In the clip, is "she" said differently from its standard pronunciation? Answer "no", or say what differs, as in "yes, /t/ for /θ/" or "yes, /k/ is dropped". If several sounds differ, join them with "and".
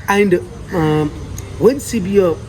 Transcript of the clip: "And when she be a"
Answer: yes, /s/ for /ʃ/